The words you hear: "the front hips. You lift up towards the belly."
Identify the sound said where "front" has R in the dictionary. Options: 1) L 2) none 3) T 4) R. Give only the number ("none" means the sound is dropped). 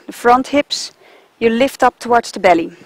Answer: 4